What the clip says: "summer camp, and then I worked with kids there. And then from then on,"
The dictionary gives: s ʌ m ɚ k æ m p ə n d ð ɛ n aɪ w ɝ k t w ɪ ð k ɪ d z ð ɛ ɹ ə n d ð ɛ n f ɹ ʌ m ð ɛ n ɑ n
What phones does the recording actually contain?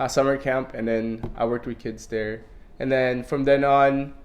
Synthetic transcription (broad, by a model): s ʌ m ɚ k æ m p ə n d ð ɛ n aɪ w ɝ k t w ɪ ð k ɪ d z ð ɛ ɹ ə n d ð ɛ n f ɹ ʌ m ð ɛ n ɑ n